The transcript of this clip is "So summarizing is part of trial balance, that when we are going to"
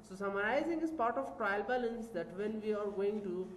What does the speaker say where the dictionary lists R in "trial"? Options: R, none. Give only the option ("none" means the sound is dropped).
R